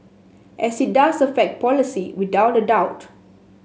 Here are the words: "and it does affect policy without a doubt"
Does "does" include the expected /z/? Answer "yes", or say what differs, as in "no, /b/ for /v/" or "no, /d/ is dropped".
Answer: no, /s/ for /z/